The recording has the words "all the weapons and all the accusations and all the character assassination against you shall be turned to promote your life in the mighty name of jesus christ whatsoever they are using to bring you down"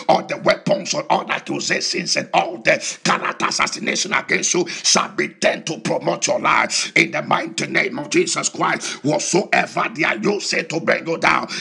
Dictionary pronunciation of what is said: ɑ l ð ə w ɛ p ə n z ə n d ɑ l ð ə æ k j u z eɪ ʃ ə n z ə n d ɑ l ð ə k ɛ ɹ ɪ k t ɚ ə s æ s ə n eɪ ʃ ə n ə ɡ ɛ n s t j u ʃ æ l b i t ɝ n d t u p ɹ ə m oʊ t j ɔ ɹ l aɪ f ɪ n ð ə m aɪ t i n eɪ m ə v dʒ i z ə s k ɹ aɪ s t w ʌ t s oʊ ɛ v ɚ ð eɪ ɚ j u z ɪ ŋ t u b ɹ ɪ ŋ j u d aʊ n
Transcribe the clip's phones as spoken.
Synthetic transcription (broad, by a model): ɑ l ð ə w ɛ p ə n s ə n ɑ l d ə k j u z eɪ s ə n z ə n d ɑ l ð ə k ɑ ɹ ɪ t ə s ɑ s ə n eɪ ʃ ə n ə ɡ ɛ n s t j u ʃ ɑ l b i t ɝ n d t u p ɹ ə m oʊ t j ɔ l aɪ f ɪ n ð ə m aɪ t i n eɪ m ə v dʒ i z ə s k ɹ aɪ s t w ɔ s oʊ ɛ v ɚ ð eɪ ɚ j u s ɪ t u b ɹ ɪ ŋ j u d aʊ n